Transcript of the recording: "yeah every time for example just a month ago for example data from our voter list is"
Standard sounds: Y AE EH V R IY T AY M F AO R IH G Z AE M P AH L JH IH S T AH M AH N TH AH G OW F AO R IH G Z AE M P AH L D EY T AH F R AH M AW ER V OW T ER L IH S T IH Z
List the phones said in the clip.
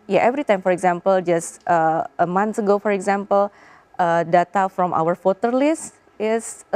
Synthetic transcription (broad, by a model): Y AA EH V R IY T AY M F AO R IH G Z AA M P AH L JH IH S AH AH M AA N S AH G OW F AO R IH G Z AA M P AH L D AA T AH F R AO M AW ER F OW T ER L IH S T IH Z